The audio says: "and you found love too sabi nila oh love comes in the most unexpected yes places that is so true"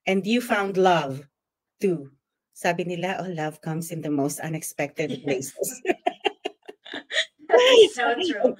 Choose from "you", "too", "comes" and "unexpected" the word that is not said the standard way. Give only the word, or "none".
comes